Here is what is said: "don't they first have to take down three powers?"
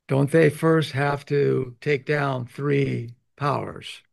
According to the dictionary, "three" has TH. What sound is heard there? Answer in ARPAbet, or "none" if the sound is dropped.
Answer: TH